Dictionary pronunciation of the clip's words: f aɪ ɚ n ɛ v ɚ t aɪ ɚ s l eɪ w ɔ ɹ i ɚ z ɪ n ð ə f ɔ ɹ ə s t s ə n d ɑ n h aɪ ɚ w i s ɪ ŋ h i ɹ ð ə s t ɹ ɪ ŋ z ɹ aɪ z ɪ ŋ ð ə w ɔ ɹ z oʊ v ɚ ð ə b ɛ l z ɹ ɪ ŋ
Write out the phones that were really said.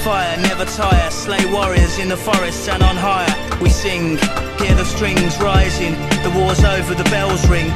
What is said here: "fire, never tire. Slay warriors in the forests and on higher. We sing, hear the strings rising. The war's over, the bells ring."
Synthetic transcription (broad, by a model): f aɪ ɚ n ɛ v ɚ t aɪ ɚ s l eɪ w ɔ ɹ i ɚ z ɪ n ð ə f ɔ ɹ ə s t s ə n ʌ n h aɪ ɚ w i s ɪ ŋ h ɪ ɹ ð ə s t ɹ ɪ ŋ z ɹ aɪ z ɪ ŋ ð ə w ɔ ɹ z oʊ v ɚ ð ə b ɛ l z ɹ ɪ ŋ